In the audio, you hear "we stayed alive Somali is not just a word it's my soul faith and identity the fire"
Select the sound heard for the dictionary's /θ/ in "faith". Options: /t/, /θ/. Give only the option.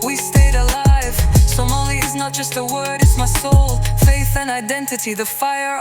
/θ/